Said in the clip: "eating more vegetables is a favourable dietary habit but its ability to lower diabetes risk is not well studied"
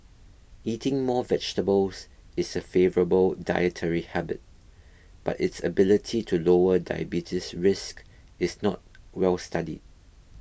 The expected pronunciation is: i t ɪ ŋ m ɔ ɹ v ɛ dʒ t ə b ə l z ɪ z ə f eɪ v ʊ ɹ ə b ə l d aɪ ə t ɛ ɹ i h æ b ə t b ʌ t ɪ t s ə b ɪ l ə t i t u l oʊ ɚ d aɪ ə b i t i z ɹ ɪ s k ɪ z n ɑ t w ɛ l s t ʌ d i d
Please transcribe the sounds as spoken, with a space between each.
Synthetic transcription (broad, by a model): i t ɪ ŋ m ɔ v ɛ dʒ t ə b ə l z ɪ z ə f eɪ v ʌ ɹ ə b ə l d aɪ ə t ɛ ɹ i h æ b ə t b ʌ t ɪ t s ə b ɪ l ə t i t u l oʊ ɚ d aɪ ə b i t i s ɹ ɪ s k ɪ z n ɑ t w ɛ l s t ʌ d i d